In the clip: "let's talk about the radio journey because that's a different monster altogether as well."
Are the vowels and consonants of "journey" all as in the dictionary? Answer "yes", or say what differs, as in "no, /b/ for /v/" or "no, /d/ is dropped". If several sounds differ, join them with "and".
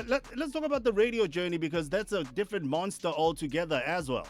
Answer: yes